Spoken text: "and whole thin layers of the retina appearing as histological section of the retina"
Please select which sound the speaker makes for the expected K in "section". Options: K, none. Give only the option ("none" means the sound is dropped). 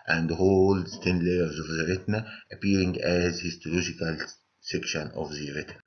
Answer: K